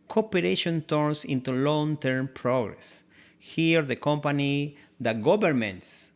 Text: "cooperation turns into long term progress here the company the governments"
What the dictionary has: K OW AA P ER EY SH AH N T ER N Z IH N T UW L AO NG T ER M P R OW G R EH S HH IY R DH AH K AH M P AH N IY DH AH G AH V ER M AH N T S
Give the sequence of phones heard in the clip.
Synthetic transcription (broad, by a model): K OW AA P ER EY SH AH N T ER N S IH N T UW L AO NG T ER M P R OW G R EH S HH IY R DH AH K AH M P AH N IY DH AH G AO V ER M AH N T S